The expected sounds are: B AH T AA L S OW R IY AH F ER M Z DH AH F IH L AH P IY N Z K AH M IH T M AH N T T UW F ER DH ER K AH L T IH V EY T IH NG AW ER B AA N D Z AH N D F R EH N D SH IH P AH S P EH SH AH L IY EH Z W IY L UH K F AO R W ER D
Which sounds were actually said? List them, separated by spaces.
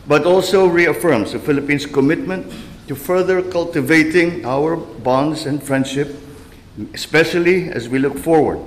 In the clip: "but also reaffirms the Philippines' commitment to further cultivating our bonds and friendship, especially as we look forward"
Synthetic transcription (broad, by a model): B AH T AA L S OW R IY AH F ER M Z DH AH F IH L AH P IY N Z K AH M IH T M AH N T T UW F ER DH ER K AH L T IH V EY T IH NG AW ER B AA N D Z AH N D F R EH N D SH IH P AH S P EH SH AH L IY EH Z W IY L UH K F AO R W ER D